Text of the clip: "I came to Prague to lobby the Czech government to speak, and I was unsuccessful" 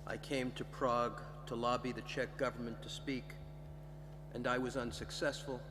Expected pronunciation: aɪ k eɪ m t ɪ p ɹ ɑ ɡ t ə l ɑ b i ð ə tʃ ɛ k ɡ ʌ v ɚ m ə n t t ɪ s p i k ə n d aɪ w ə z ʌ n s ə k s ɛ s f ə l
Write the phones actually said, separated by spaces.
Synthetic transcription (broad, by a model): aɪ k eɪ m t ɪ p ɹ ɑ ɡ t ə l ɑ b i ð ə tʃ ɛ k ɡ ʌ v ɚ m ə n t t ɪ s p i k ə n aɪ w ə z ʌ n s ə k s ɛ s f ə l